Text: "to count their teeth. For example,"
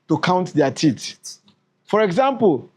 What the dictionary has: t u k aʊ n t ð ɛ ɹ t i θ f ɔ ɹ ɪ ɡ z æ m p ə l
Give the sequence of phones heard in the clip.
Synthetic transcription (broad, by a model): t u k aʊ n t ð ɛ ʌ t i t f ɔ ɹ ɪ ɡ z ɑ m p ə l